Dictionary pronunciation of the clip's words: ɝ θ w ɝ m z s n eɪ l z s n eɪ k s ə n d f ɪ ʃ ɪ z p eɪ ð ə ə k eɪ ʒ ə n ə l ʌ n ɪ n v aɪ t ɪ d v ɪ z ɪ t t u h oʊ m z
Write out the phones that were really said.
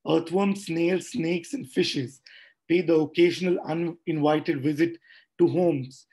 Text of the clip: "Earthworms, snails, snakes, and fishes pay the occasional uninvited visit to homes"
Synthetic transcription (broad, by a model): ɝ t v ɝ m s n eɪ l s n eɪ k s ə n d f ɪ ʃ ɪ z p eɪ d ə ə k eɪ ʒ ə n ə l ʌ n ɪ n v aɪ t ɪ d v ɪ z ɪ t t u h oʊ m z